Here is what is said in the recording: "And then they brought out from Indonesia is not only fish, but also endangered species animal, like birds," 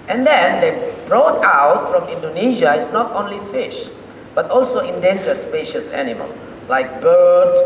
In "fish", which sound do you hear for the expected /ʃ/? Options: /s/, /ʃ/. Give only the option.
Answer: /ʃ/